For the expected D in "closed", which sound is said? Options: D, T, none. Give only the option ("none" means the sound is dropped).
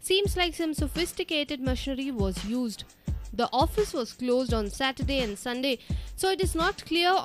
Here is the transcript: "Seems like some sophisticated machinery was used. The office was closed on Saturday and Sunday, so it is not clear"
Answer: D